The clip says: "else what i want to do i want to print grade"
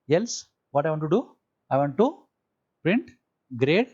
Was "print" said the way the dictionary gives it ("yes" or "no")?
yes